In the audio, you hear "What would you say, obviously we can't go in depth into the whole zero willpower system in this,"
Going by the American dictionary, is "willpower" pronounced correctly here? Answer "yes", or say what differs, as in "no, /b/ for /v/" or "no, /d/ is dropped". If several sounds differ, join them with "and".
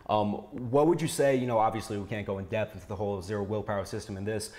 yes